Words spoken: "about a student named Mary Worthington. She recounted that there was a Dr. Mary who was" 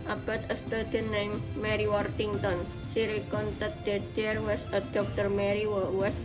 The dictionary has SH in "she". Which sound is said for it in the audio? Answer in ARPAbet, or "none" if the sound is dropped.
S